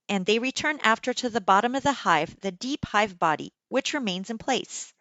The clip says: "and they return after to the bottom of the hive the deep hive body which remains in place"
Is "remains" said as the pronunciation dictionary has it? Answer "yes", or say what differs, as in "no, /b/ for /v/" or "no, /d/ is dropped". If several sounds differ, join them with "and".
yes